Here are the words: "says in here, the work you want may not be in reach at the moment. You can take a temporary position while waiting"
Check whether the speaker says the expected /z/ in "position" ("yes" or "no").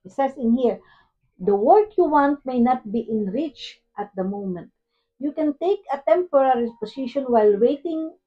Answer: no